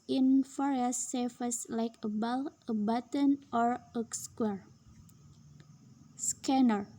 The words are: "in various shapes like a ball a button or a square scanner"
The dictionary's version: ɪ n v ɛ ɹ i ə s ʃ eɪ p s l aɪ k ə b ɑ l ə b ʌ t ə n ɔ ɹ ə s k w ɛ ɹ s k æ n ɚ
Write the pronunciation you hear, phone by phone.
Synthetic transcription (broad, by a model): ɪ n f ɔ ɹ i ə s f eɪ s l aɪ k ə b ɑ l ə b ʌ t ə n ɔ ɹ ə s k w ɛ ɹ s k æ n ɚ